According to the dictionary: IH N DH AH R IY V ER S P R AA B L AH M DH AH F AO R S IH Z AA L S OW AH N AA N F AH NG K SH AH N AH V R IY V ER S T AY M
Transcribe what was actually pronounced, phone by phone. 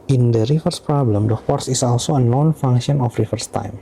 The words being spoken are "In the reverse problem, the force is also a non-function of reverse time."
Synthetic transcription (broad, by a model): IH N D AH R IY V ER S P R AA B L AH M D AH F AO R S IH S AA L S OW AH N AA N F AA NG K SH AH N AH F R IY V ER S T AY M